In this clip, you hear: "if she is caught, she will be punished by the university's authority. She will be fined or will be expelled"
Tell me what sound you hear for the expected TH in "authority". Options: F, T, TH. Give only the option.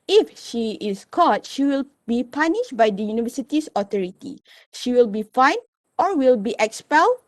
T